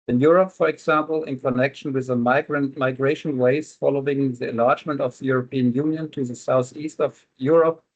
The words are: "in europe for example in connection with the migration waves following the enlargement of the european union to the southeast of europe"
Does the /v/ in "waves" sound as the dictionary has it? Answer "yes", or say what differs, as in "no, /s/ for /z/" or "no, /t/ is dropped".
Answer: no, /v/ is dropped